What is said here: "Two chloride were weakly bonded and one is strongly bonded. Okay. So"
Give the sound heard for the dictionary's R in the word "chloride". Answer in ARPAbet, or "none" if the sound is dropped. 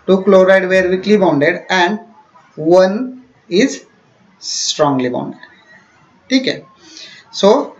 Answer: R